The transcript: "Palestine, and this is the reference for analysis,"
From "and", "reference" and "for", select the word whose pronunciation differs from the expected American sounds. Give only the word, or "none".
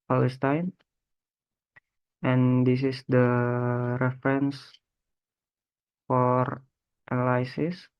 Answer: none